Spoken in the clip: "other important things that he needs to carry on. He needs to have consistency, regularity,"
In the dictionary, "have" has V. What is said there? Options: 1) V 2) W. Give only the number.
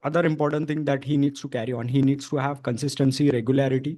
1